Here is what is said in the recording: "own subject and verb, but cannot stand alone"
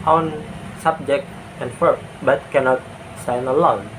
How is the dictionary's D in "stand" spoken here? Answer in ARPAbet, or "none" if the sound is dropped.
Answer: none